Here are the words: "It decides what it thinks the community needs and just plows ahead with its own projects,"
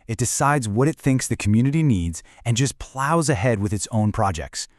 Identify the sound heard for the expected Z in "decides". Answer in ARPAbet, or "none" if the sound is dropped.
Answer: Z